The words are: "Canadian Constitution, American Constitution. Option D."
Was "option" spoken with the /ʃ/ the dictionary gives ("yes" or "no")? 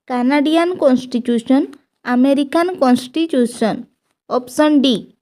no